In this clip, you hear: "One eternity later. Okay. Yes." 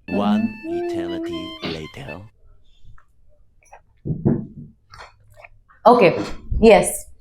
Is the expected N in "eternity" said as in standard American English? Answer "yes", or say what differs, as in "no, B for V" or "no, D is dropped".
no, L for N